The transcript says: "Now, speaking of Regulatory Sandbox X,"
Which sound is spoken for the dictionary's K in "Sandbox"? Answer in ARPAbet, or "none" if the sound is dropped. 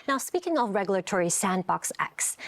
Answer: K